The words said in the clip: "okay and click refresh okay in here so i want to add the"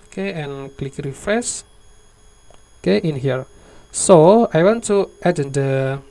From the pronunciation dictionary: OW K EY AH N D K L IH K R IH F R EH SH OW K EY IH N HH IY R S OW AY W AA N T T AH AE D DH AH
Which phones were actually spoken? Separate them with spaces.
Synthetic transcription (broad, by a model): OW K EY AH N K L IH K R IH F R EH S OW K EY IH N HH IY R S OW AY W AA N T T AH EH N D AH